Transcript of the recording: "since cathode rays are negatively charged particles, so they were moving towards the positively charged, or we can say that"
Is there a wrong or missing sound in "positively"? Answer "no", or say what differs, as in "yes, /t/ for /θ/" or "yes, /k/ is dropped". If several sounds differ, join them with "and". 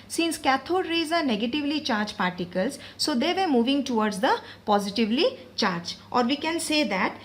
no